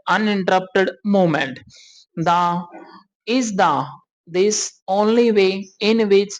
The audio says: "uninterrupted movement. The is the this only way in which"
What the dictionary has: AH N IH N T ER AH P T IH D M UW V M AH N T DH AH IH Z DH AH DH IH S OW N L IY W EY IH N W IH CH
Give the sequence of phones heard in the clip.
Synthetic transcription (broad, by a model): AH N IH N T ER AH P T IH D M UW M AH N T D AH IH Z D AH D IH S OW N L IY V EY IH N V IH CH